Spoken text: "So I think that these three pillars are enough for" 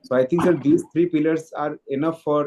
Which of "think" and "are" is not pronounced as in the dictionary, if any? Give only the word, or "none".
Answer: think